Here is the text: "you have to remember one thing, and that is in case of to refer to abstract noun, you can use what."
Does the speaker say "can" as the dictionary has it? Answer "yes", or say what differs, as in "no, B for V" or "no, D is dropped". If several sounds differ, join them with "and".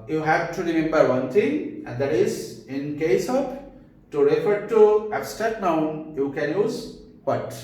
yes